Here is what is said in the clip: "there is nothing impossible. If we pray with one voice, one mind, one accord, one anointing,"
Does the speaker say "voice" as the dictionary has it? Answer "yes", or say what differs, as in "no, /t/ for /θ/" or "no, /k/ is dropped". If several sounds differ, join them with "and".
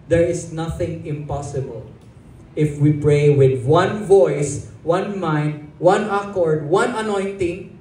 yes